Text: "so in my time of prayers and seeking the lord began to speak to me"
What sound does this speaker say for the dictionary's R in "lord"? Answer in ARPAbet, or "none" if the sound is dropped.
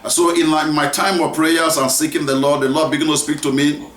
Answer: L